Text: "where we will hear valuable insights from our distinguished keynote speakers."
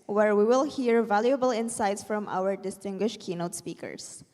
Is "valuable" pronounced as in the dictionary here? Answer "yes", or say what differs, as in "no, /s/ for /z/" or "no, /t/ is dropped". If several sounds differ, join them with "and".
yes